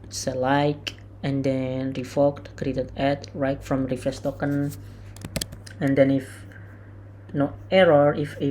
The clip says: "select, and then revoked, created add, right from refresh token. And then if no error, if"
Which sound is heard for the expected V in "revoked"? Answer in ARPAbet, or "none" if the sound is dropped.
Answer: F